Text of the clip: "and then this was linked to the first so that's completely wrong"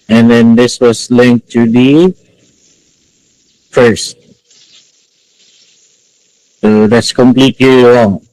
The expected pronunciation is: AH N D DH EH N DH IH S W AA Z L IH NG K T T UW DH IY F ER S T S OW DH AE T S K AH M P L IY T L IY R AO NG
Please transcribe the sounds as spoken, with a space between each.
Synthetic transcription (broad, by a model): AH N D EH N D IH S W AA S L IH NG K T T UW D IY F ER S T S OW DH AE T S K AH M P L IY T L IY R AO NG